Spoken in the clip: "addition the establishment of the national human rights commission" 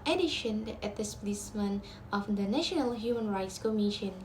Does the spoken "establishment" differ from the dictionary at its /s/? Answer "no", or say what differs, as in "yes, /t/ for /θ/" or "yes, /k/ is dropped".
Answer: yes, /s/ is dropped